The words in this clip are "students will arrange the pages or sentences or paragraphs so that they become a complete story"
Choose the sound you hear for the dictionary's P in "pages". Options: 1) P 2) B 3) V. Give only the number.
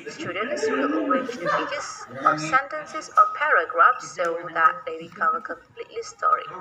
2